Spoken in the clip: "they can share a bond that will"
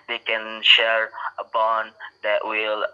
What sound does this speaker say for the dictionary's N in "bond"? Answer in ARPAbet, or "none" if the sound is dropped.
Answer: N